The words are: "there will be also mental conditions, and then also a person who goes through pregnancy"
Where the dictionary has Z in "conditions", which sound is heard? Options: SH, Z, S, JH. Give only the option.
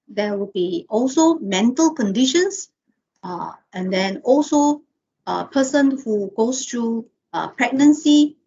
S